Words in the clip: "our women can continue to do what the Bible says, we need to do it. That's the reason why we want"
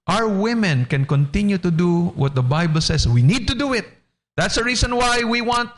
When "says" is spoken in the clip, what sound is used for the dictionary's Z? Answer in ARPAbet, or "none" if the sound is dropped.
S